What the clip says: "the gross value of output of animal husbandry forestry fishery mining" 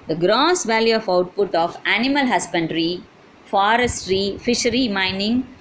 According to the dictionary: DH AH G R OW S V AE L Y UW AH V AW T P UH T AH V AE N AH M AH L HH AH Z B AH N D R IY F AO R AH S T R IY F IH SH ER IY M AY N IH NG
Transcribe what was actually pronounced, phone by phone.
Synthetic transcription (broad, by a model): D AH G R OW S V AE L Y UW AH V AW T P UH T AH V AE N AH M AH L HH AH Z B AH N D R IY F AO R AH S T R IY F IH SH ER IY M AY N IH NG